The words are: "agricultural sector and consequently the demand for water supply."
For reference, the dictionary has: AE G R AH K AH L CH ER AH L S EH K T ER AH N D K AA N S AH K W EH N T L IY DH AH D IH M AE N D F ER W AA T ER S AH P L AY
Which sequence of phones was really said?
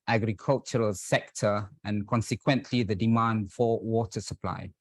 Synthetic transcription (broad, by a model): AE G R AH K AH L CH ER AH L S EH K T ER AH N K AA N S AH K W EH N T L IY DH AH D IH M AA N D F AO W AA T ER S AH P L AY